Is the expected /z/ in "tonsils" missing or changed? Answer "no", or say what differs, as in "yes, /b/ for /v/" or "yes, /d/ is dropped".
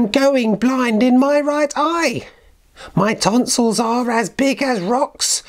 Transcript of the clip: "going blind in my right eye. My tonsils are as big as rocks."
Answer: no